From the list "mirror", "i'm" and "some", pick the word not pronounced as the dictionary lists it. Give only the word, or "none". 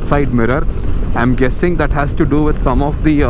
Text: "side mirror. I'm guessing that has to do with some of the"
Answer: none